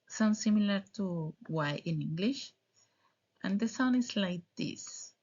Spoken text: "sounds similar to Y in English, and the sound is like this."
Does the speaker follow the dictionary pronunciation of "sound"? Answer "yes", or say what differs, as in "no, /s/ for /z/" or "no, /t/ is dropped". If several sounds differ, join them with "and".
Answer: no, /d/ is dropped